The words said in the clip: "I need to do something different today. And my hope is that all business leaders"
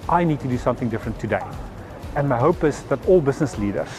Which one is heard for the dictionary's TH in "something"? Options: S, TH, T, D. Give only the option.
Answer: TH